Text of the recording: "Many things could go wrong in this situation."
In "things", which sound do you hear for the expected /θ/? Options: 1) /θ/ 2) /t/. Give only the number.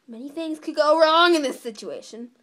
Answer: 1